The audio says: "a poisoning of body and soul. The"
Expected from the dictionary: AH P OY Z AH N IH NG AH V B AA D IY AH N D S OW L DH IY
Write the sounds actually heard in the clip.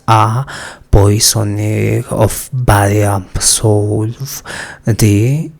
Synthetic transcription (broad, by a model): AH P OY S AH N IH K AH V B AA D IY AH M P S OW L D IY